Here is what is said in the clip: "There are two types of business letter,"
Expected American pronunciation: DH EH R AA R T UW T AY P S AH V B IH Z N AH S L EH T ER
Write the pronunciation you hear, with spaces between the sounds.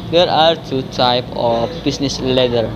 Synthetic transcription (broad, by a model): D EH R AA R T UW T AY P AH F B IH S N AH S L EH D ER